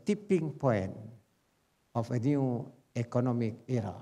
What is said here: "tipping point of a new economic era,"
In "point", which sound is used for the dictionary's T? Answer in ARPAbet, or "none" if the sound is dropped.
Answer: none